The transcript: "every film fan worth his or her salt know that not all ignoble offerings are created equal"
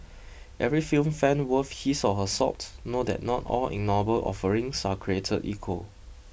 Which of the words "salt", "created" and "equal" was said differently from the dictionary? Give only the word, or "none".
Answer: salt